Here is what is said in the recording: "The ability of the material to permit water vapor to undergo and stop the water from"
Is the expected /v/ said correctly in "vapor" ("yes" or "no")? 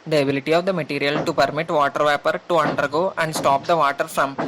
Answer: yes